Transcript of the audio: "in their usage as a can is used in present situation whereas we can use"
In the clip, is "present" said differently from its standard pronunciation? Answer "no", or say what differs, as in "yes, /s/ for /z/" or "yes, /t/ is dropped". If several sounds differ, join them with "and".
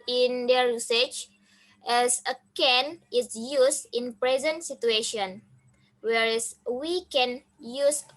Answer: no